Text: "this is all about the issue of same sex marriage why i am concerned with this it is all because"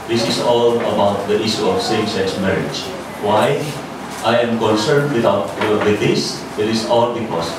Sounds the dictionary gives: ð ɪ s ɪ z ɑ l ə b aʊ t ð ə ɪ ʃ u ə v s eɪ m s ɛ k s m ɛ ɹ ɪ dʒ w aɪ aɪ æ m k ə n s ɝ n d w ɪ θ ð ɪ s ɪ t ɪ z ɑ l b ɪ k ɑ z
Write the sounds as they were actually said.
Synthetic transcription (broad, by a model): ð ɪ s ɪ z ɑ l ə b aʊ t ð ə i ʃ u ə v s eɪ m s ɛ s m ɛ ɹ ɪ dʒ w aɪ aɪ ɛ m k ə n s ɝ n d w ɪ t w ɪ s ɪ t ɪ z ɑ l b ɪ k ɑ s